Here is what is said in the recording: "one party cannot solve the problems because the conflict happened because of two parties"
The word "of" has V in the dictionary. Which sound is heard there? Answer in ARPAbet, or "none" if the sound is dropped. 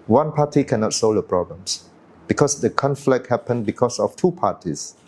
F